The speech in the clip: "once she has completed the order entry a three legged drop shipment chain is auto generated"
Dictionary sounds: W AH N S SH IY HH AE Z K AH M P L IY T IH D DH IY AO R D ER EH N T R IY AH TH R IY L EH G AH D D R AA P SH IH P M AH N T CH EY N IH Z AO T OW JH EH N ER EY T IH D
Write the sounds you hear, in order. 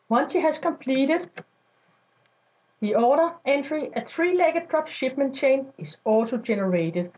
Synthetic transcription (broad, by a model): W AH N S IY HH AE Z K AH M P L IY T IH D DH IY AO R D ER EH N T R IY AH TH R IY L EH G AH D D R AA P SH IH B M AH N CH EY N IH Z AO S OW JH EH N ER EY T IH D